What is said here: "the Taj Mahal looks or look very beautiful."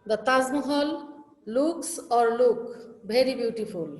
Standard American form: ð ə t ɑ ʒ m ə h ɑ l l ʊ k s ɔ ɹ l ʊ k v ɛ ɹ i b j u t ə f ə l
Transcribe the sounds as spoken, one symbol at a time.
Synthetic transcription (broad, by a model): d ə t ɑ z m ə h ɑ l l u k s ɔ ɹ l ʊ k b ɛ ɹ i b j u t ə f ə l